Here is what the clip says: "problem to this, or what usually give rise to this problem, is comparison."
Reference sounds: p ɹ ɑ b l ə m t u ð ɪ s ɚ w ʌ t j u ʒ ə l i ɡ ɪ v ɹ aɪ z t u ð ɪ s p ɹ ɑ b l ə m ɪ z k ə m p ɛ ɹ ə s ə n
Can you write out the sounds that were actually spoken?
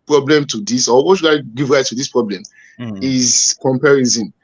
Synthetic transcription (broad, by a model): p ɹ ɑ b l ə m t u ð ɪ s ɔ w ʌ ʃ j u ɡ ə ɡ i v ɹ aɪ t u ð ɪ s p ɹ ɑ b l ə m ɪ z k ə m p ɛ ɹ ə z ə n